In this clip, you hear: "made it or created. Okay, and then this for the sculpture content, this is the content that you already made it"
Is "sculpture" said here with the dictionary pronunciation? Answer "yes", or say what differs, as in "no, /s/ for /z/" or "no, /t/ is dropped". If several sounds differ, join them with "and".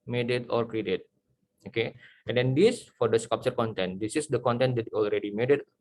no, /l/ is dropped